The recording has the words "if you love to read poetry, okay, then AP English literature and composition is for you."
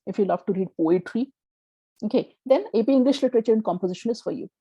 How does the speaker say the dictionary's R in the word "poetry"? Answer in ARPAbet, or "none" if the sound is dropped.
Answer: R